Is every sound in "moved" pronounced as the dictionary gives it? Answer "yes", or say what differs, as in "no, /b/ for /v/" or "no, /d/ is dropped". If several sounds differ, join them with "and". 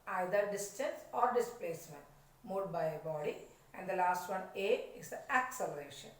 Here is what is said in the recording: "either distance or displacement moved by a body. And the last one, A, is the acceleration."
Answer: no, /v/ is dropped